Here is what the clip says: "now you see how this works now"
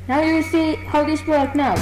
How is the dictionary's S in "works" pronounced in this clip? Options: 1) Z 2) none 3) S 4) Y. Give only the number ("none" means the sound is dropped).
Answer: 2